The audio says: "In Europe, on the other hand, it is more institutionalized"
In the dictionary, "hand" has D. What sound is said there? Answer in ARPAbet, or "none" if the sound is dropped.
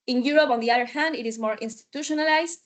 D